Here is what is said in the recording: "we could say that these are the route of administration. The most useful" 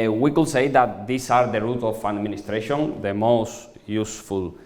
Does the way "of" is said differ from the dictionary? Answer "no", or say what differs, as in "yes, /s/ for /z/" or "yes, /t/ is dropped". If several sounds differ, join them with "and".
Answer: yes, /f/ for /v/